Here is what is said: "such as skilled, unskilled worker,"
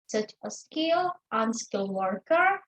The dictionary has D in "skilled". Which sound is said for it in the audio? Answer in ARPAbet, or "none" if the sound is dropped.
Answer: none